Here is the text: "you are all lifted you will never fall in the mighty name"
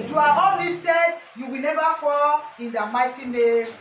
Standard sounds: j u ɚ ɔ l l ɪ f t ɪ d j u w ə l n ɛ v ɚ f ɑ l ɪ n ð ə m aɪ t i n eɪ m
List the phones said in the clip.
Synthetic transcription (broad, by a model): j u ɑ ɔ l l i t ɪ j u w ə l n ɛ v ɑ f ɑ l ɪ n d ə m aɪ t i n eɪ